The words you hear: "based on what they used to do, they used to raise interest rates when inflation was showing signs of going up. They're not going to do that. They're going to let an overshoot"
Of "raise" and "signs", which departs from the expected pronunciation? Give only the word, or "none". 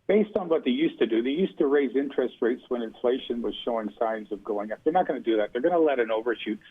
none